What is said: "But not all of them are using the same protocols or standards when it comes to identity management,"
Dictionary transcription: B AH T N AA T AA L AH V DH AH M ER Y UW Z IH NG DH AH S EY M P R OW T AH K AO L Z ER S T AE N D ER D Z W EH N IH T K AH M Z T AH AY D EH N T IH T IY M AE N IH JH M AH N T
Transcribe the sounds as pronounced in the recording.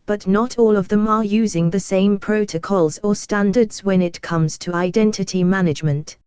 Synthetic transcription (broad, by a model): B AH T N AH T AA L AH V DH AH M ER Y UW Z IH NG DH AH S EY M P R OW T AH K AO L Z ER S T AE N D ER D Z W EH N IH T K AH M Z T AH AY D EH N T IH T IY M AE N IH JH M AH N T